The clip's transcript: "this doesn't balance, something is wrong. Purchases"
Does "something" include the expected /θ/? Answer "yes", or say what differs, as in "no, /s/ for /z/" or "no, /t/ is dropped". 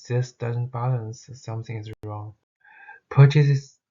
yes